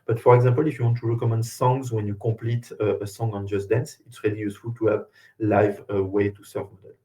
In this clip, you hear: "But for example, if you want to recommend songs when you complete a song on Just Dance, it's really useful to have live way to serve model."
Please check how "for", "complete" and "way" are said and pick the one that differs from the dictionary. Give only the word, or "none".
complete